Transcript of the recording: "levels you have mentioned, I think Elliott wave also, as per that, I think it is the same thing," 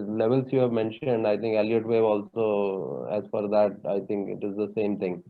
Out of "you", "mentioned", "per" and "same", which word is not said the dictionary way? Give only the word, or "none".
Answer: per